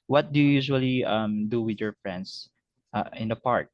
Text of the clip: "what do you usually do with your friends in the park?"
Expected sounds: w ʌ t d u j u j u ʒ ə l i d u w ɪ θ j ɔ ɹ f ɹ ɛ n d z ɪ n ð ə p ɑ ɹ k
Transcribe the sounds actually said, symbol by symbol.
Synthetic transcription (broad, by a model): w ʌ t d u j u j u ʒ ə l i d u w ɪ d j ɔ ɹ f ɹ ɛ n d s ɪ n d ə p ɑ ɹ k